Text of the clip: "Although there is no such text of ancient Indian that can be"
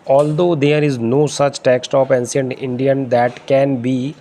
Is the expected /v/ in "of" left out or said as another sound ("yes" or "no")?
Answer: yes